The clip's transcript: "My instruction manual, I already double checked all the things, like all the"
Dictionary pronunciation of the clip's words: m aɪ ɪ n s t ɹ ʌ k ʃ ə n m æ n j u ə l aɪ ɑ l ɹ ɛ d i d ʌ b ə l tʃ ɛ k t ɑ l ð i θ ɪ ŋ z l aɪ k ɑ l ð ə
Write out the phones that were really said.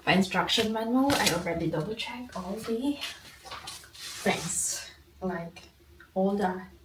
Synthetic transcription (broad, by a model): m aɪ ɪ n s t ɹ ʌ k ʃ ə n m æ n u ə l aɪ ɑ l ɹ ɛ d i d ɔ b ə tʃ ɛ k ɑ l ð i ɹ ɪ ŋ s l aɪ k ɑ l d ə